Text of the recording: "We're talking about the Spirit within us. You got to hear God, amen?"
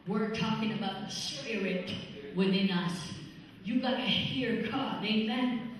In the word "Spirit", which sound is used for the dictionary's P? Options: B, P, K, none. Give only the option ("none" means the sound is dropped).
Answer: none